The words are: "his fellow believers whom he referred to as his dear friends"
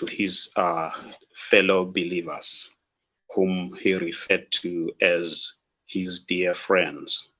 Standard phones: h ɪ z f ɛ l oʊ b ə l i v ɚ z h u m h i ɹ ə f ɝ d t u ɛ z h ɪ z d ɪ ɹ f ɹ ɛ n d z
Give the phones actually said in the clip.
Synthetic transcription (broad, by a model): h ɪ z f ɛ l oʊ b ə l i v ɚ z h u m h i ɹ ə f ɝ d t u ɛ z h ɪ z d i f ɹ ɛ n d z